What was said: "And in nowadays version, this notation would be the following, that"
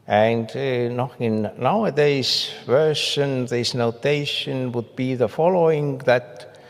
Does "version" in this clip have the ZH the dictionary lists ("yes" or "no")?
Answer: no